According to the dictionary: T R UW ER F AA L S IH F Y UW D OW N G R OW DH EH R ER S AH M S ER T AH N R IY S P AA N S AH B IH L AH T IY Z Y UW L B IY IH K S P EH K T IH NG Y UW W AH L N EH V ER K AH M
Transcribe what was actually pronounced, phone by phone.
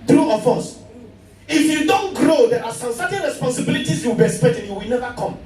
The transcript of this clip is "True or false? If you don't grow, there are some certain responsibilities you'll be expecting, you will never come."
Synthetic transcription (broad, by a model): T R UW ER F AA S IH F Y UW D OW N G R OW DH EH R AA S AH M S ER T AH N R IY S P AA N S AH B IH L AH T IY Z Y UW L B IY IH K S P EH K T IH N Y UW W AH L N EH V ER K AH M